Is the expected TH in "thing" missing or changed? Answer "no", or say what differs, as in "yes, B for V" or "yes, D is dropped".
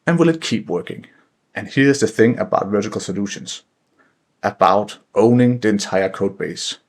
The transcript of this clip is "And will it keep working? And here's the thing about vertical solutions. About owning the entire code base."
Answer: no